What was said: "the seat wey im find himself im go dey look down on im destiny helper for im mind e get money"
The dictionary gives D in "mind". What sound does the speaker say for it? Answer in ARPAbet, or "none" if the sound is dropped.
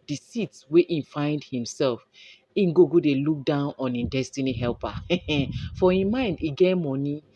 D